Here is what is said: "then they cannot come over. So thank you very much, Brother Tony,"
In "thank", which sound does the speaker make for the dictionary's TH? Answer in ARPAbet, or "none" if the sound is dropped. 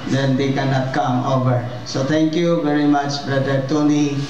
T